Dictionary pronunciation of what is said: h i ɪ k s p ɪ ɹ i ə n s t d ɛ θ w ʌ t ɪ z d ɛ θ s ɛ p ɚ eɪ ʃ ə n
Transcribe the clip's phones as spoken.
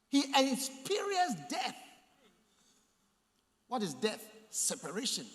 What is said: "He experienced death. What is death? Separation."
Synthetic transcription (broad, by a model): h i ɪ s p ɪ ɹ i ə s d ɛ θ w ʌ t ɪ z d ɛ θ s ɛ p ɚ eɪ ʃ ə n